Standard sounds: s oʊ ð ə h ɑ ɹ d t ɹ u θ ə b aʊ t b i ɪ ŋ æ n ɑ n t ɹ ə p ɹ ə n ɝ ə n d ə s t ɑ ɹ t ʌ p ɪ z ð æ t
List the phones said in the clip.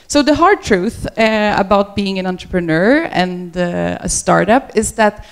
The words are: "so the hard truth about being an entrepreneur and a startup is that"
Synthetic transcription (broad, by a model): s oʊ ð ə h ɑ ɹ d t ɹ u θ ə b aʊ t b i ɪ ŋ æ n ɑ n t ɹ ə p ɹ ə n ɝ ə n d ə s t ɑ ɹ t ʌ p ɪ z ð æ t